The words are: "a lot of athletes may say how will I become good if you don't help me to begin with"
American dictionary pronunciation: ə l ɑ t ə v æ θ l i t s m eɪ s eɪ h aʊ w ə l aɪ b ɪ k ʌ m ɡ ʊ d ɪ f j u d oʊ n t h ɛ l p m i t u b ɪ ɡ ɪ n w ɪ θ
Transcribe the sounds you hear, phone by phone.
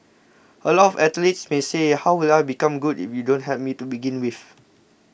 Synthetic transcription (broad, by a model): ə l ɑ t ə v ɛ t l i t s m eɪ s eɪ h aʊ w ə l aɪ b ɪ k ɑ m ɡ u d ɪ f j u d oʊ n t h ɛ p m i t u b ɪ ɡ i n w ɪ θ